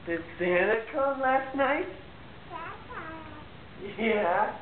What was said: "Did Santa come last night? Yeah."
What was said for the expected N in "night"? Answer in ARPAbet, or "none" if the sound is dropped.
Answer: N